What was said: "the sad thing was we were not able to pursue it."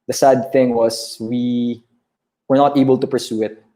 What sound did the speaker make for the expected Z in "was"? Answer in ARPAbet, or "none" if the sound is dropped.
S